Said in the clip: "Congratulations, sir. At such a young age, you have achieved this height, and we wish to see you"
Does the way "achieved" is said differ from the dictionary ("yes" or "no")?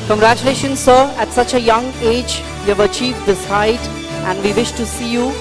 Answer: yes